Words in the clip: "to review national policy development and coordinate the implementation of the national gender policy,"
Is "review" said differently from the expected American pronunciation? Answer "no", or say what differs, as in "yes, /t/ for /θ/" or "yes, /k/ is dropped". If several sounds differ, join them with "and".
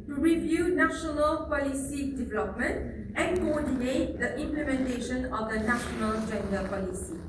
no